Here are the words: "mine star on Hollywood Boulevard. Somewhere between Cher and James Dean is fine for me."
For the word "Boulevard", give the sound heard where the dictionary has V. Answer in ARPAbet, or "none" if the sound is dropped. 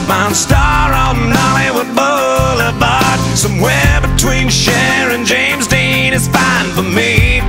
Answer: B